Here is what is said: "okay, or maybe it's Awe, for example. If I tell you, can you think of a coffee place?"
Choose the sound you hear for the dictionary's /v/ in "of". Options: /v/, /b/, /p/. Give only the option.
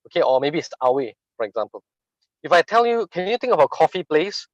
/b/